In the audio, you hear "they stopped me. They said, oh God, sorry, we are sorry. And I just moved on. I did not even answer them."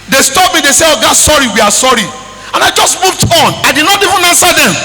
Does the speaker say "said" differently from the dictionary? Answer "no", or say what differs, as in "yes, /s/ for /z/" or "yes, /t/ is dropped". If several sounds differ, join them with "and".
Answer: yes, /d/ is dropped